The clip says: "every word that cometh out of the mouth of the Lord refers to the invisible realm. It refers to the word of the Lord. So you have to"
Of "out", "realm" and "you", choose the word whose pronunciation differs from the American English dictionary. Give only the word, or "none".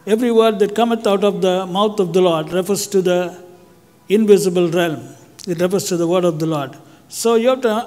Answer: none